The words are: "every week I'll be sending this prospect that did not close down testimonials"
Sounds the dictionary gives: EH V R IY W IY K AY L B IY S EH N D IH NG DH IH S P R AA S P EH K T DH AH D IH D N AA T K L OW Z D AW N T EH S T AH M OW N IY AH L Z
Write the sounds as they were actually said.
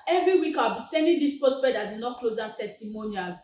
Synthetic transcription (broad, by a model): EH V R IY W IY K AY B IY S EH N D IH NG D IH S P AA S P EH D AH D IH D N AA T K L OW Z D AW T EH S T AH M OW N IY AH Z